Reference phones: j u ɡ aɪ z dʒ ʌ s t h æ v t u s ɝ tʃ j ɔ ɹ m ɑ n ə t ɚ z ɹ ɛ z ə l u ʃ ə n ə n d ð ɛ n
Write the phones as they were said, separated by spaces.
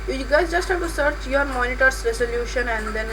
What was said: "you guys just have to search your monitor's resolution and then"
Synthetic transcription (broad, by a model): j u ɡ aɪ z dʒ ʌ s t h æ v t u s ɝ tʃ j ɔ ɹ m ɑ n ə t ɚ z ɹ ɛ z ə l u ʃ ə n ə n d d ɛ n